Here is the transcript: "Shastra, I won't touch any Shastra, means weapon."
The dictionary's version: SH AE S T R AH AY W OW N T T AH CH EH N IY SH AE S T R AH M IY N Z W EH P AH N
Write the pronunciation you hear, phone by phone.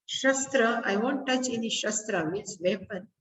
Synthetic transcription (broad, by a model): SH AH S T R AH AY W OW N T T AH CH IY N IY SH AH S T R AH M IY L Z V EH P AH N